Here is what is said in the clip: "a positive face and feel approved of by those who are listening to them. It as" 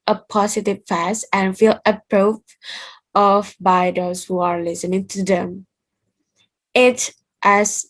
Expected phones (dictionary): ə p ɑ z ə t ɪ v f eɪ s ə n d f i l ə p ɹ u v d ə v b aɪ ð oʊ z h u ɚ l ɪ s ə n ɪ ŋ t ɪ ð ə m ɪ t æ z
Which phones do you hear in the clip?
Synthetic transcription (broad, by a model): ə p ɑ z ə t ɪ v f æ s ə n f i l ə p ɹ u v ə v b aɪ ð oʊ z h u ɚ l ɪ s ə n ɪ ŋ t ɪ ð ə m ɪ t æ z